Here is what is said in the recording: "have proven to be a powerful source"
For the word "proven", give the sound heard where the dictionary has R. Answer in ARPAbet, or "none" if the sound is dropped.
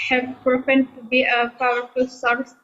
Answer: none